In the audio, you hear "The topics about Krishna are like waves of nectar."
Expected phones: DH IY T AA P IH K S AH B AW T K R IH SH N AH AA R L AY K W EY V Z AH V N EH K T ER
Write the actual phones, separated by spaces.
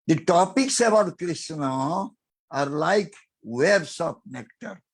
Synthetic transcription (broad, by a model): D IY T AA P IH K S AH B AW T K R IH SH N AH AA R L AY K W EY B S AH P N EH K T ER